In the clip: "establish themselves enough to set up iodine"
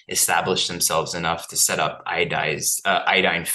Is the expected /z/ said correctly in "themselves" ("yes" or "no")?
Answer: yes